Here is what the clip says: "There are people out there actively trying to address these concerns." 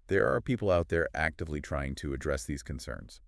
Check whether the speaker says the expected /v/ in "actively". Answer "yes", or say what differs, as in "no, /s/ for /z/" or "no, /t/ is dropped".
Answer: yes